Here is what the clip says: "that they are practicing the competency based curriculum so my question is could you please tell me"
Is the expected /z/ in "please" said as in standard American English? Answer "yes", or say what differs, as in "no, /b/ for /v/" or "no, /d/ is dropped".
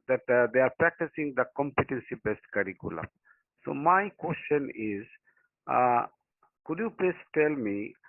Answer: no, /s/ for /z/